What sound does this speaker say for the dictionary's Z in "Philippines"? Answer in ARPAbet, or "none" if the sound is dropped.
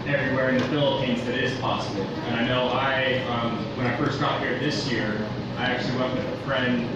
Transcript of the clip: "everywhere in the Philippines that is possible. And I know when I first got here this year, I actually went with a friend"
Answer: Z